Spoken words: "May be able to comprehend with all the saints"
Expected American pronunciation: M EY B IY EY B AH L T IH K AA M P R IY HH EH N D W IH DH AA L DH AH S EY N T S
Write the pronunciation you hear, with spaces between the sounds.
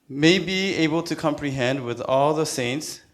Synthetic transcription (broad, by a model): M EY B IY EY B AH L T IH K AA M P R IY HH EH N D W IH DH AA L DH AH S EY N T S